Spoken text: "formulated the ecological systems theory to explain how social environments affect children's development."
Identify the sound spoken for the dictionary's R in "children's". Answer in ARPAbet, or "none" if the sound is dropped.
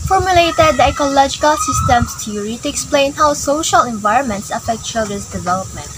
none